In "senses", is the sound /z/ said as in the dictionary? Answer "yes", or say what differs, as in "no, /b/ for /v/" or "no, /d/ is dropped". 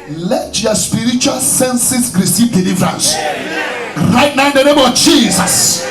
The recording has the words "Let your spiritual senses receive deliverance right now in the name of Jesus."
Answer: no, /s/ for /z/